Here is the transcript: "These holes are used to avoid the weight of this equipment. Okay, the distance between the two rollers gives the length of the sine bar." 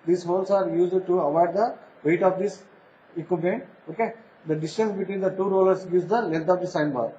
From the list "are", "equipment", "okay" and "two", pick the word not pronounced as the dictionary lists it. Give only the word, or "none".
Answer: equipment